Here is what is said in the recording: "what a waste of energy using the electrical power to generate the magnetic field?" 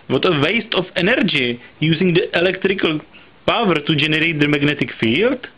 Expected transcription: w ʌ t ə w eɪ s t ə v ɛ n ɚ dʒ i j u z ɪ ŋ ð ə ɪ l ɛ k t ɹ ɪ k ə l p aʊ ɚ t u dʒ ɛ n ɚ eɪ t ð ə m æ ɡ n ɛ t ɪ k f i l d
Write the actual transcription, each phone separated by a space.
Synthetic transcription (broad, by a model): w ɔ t ə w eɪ s t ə f ɛ n ɚ dʒ i j u z ɪ ŋ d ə ɪ l ɛ k t ɹ ɪ k ə l p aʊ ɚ t u dʒ ɛ n ɚ eɪ t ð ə m æ ɡ n ɛ t ɪ k f i l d